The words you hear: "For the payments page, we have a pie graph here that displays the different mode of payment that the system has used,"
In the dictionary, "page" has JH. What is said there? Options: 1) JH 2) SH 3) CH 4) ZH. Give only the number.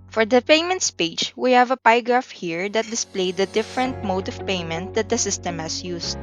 3